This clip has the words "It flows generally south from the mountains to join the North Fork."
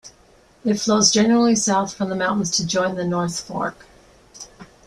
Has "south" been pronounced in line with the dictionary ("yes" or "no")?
yes